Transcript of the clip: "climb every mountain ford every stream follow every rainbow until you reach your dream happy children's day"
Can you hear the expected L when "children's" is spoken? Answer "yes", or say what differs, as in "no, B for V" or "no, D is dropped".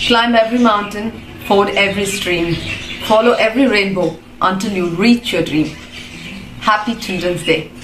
no, L is dropped